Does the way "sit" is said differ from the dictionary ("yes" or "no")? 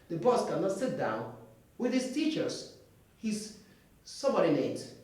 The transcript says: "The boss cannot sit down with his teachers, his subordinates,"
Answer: no